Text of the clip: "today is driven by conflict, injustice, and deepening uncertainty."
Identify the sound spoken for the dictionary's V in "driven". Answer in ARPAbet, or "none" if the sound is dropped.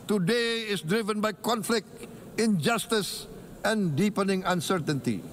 V